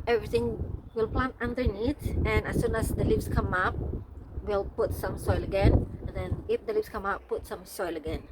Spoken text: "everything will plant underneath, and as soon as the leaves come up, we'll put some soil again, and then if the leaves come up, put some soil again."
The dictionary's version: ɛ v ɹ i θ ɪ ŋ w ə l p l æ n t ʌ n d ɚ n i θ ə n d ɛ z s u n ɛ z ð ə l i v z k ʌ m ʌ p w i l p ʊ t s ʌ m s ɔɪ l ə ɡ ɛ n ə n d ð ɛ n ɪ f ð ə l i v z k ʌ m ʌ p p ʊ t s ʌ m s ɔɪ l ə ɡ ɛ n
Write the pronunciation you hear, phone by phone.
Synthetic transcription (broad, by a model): ɛ v ɹ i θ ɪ ŋ w ə l p l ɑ n t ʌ n d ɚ n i t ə n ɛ s u n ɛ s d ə l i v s k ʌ m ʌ p w i l p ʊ t s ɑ m s ɔɪ l ə ɡ ɛ n ə n d ɛ n ɪ f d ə l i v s k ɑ m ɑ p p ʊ t s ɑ m s ɔɪ l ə ɡ ɛ n